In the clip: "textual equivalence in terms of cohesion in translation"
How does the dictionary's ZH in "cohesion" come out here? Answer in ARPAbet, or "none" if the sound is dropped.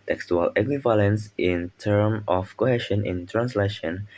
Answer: SH